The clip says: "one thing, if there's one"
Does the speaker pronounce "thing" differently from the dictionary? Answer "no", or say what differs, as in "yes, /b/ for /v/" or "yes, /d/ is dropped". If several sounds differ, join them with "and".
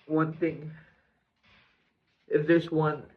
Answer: no